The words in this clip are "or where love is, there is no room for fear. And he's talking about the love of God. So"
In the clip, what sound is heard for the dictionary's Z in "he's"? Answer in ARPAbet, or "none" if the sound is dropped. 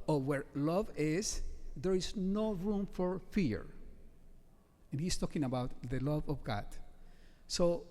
S